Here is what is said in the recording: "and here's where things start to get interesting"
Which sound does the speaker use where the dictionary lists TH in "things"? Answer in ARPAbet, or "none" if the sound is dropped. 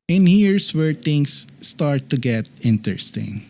T